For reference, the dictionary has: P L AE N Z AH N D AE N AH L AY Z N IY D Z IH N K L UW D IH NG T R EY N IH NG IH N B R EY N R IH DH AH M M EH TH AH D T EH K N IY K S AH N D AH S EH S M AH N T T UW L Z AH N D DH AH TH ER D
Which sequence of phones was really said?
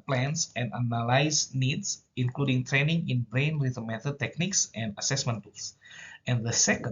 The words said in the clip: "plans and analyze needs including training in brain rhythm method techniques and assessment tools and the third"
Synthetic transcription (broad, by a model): P L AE N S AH N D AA N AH L AY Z N IY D S IH N K L UW D IH NG T R EY N IH NG IH N B R EY N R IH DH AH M M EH T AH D T EH K N IY K S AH N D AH S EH S M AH N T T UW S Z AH N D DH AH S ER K